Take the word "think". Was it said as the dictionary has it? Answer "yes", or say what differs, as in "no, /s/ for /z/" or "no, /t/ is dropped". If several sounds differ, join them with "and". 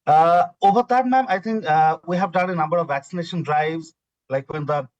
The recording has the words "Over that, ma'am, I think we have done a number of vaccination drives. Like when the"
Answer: no, /t/ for /θ/